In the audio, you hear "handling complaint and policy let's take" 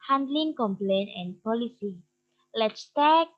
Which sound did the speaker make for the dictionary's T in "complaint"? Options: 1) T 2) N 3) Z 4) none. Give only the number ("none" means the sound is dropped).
4